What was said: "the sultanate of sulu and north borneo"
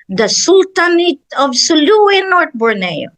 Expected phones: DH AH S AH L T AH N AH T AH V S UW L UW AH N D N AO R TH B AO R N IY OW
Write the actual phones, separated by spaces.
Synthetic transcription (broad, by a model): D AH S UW L T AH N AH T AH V S UW L UW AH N N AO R T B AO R N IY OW